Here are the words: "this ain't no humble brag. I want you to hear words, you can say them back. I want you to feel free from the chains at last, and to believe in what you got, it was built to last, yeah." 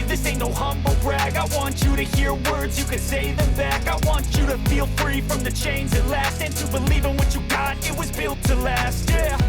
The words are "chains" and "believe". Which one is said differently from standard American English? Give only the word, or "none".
none